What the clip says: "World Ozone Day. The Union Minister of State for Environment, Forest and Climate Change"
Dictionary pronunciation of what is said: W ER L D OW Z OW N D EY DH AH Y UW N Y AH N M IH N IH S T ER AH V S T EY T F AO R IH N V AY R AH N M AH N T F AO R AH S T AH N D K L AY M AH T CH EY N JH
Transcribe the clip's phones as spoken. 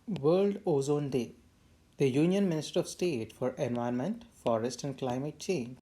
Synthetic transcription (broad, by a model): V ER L D OW Z OW N D EY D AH Y UW N Y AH N M IH N IH S T ER AH V S T EY T F AO R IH N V AY AH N M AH N T F AO R AH S T AH N D K L AY M AH T CH EY N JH